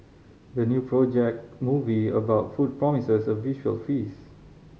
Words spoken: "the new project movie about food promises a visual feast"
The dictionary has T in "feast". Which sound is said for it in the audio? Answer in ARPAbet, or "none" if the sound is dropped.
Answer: none